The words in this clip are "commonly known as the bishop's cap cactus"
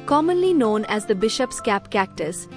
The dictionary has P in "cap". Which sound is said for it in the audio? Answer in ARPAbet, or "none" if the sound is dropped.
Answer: P